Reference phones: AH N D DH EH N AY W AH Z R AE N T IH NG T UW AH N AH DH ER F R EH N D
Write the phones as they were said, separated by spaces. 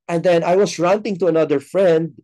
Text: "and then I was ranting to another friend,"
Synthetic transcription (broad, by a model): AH N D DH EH N AY W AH S R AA N T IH NG T UW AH N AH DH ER F R EH N D